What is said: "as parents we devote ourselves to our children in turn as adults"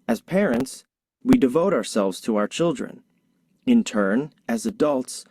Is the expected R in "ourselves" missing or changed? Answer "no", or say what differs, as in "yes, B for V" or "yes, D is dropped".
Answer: no